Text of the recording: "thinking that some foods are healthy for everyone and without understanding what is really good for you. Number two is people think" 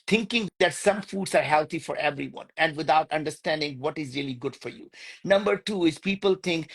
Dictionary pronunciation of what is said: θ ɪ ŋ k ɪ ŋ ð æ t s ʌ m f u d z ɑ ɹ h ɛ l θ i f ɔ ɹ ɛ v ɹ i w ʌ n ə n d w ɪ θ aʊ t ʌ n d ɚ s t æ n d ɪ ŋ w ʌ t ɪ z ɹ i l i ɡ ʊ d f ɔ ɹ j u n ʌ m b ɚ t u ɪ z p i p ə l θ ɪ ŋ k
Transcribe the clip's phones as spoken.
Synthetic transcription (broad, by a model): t ɪ ŋ k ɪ ŋ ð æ t s ʌ m f u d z ɑ ɹ h ɛ l t i f ɔ ɹ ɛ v ɹ i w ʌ n ə n d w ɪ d aʊ t ʌ n d ɚ s t æ n d ɪ ŋ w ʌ t ɪ z ɹ i l i ɡ ʊ d f ɔ ɹ j u n ʌ m b ɚ t u ɪ z p i p ə l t ɪ ŋ k